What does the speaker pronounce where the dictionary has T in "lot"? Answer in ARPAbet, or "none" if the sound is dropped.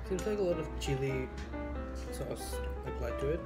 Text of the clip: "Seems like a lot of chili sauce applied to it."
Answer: T